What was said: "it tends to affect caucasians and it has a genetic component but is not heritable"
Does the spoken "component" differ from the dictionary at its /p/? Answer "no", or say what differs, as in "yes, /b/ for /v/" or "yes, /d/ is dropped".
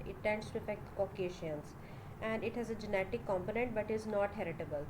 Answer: no